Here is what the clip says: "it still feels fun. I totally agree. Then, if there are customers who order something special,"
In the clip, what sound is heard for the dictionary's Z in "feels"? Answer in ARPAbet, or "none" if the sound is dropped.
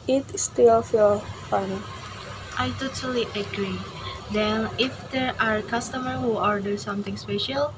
none